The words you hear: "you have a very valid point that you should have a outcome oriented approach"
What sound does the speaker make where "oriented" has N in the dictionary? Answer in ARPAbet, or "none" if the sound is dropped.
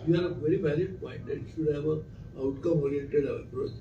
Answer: none